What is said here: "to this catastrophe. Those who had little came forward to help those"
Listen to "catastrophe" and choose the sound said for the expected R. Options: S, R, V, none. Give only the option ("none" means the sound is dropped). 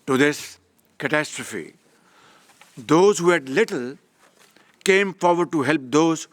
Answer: R